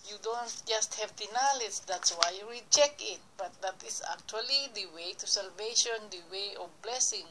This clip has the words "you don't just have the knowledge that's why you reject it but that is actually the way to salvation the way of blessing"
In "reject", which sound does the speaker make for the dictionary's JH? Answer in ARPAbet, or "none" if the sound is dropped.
CH